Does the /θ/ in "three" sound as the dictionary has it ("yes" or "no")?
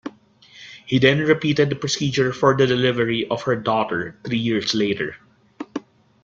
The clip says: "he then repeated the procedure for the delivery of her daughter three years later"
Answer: no